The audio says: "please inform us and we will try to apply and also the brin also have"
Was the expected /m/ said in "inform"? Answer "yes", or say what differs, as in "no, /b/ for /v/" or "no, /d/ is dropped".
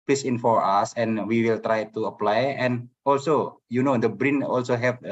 no, /m/ is dropped